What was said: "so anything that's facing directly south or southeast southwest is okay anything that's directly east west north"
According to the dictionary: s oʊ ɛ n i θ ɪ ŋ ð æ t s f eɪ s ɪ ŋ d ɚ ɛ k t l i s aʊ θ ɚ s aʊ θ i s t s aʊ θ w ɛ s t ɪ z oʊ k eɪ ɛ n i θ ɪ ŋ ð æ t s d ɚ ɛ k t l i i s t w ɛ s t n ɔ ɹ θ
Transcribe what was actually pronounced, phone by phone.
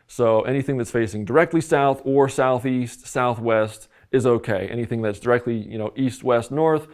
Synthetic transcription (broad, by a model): s oʊ ɛ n i θ ɪ ŋ ð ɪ t s f eɪ s ɪ ŋ d ɚ ɛ k t l i s aʊ θ ɚ s aʊ θ i s t s aʊ θ w ɛ s t ɪ z oʊ k eɪ ɛ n i θ ɪ ŋ ð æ t s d ɚ ɛ k t l i i s t w ɛ s t n ɔ ɹ θ